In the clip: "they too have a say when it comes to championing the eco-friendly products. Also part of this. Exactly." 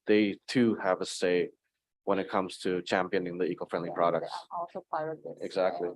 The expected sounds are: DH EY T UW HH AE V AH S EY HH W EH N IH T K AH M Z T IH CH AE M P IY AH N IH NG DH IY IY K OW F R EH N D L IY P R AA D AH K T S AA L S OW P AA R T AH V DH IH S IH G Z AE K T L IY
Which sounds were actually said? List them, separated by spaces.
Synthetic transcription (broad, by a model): DH EY T UW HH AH V AH S EY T W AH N IH T K AH M Z T IH CH AE M P IY AH N IH NG DH IY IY K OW F R EH N D L IY P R AA D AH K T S AA L S OW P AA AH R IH IH G Z AE K T L IY